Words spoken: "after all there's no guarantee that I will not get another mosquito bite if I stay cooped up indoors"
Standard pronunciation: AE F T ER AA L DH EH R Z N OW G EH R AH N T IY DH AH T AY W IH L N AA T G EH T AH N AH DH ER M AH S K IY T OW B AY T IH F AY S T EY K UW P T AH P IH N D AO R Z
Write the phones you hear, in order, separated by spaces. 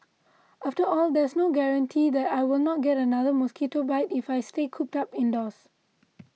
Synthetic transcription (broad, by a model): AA F T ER AA L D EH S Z N OW G EH R AH N T IY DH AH T AY W IH L N AA T G EH T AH N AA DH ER M AH S K IY T OW B AY T IH F AY S T EY K UW P T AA P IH N D AO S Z